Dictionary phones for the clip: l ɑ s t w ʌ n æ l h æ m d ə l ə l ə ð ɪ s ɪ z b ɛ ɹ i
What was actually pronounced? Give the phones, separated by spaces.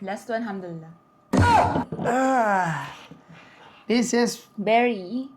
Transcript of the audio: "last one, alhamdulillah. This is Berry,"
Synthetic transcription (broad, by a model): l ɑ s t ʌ æ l h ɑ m d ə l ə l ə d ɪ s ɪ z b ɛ ɹ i